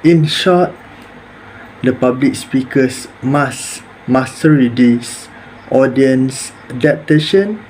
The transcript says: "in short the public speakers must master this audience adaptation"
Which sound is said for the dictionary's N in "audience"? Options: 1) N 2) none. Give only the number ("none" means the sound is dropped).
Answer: 1